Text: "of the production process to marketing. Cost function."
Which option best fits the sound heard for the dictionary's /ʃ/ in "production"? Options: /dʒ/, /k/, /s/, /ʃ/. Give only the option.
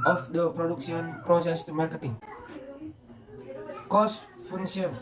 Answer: /s/